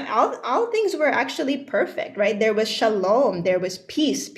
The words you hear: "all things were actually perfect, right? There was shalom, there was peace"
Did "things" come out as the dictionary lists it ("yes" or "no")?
yes